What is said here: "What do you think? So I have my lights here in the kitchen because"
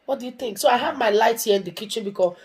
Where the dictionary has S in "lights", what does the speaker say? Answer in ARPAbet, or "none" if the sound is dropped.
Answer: none